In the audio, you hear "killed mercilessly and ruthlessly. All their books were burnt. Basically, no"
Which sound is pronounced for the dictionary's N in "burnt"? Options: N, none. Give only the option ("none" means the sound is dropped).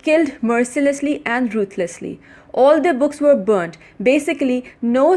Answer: N